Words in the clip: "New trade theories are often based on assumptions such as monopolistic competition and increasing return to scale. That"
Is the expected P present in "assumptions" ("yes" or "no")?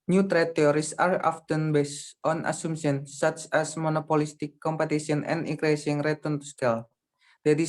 no